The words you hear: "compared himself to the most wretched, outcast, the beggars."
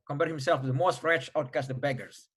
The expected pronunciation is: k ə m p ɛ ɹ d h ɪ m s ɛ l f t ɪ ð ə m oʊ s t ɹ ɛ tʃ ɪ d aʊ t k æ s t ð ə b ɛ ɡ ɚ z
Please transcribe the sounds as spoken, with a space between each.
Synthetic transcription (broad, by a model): k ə m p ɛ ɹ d h ɪ m s ɛ l f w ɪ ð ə m oʊ s t ɹ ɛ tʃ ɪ ʊ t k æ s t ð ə b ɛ ɡ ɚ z